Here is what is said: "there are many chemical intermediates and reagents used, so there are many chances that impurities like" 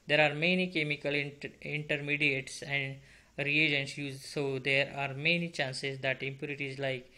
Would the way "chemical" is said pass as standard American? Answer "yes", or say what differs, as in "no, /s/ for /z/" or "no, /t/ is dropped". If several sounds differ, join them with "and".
yes